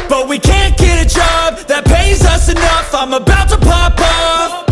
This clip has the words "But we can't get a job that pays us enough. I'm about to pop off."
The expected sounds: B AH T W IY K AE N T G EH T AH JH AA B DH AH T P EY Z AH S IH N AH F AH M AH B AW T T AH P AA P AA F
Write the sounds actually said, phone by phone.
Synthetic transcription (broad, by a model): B AH T W IY K AE N G EH T AH JH AA B DH AH T P EY Z AH S IH N AH F AH M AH B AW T T AH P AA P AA